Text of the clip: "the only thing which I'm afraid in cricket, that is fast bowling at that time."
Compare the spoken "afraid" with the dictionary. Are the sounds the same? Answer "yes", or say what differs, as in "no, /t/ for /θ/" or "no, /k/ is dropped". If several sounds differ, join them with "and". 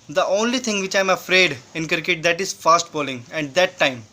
yes